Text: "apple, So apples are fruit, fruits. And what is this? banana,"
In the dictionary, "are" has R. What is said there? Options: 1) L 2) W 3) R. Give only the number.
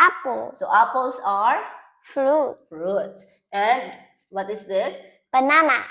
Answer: 3